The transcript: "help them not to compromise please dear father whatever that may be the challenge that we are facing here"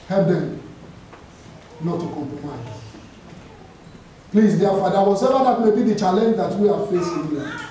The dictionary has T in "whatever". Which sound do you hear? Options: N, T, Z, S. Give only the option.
S